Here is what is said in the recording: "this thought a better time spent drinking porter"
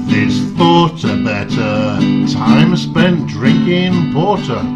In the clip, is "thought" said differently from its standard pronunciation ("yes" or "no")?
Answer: no